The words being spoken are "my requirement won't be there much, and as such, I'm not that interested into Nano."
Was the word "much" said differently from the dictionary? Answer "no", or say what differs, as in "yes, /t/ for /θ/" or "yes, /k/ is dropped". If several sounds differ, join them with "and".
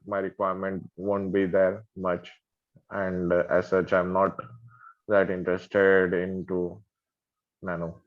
no